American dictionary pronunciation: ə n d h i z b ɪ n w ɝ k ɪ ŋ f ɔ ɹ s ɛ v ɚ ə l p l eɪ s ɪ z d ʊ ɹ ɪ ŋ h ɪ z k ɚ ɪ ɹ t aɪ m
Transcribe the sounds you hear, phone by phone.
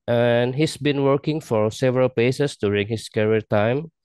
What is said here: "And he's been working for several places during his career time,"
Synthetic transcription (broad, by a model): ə n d h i s b ɪ n w ɝ k ɪ ŋ f ɔ ɹ s ɛ v ɚ ə l p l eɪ s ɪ s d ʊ ɹ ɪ ŋ h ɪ s k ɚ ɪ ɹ t aɪ m